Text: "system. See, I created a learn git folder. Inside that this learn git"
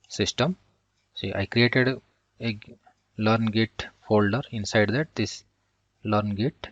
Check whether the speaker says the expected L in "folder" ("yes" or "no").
yes